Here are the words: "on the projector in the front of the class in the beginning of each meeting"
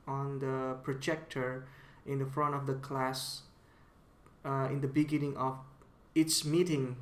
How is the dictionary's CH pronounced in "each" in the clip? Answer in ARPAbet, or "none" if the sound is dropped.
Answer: S